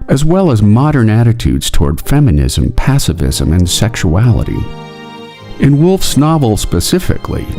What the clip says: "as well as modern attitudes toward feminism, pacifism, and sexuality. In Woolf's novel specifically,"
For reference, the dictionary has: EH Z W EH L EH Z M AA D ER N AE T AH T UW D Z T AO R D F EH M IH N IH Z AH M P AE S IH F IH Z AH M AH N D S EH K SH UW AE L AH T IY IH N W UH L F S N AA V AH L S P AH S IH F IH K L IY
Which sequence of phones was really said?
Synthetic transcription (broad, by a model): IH Z W EH L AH Z M AA D ER N AE T AH T UW D Z T AO R D F EH M IH N IH Z AH M P AE S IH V IH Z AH M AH N S EH K SH UW AE L AH T IY IH N W UH L F S N AA V L S P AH S IH F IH K L IY